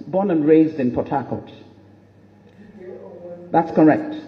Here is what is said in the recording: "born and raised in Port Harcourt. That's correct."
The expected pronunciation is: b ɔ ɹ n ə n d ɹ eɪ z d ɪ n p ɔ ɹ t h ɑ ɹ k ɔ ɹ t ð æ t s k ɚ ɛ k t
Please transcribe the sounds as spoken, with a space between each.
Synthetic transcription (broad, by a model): b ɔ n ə n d ɹ eɪ z d ɪ n p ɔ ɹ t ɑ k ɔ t ð æ t s k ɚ ɛ k t